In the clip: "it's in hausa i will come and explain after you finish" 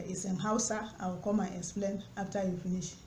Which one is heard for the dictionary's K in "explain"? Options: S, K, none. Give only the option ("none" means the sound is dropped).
K